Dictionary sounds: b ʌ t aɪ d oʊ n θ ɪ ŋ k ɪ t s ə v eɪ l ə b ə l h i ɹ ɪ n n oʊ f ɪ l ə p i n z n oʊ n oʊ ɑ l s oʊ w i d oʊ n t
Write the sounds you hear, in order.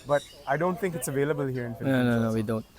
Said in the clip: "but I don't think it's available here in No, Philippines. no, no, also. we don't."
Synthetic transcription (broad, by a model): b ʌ t aɪ d oʊ n t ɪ ŋ k ɪ t s ə v eɪ l ə b ə l h i ɹ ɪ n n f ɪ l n n oʊ n oʊ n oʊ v i d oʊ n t